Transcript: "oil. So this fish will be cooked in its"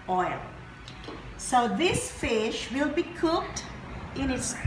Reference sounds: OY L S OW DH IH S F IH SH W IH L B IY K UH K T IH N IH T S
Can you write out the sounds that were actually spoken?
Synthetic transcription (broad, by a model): OY L S OW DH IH S F IH SH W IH L B IY K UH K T IH N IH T S